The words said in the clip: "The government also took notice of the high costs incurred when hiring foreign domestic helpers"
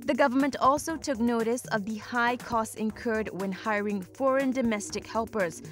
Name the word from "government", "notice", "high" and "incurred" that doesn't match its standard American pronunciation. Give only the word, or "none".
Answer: none